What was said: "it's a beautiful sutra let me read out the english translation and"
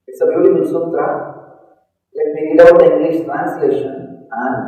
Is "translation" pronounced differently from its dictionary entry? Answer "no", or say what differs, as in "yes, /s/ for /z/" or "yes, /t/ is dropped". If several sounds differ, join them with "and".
no